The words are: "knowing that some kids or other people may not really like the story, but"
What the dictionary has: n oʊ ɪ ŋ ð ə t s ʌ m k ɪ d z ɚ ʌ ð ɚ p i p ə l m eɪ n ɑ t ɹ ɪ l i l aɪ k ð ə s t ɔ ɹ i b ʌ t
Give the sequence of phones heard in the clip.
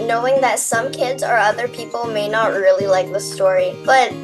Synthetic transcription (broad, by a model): n oʊ ɪ ŋ ð ə t s ʌ m k ɪ d z ɚ ʌ ð ɚ p i p l m eɪ n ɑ t ɹ ɪ l i l aɪ k ð ə s t ɔ ɹ i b ʌ t